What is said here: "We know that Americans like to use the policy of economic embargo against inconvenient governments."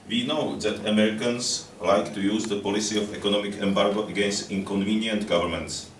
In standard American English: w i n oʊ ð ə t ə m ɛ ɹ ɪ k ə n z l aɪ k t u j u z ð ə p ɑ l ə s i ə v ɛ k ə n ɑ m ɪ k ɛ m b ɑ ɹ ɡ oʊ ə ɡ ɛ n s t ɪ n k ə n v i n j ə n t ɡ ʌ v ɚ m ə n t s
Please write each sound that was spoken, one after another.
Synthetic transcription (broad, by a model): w i n oʊ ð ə t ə m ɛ ɹ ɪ k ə n s l aɪ k t u j u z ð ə p ɑ l ə s i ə f ɛ k ə n ɑ m ɪ k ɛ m b ɑ ɹ ɡ oʊ ə ɡ ɛ n s t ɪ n k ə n v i n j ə n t ɡ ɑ v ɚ m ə n t s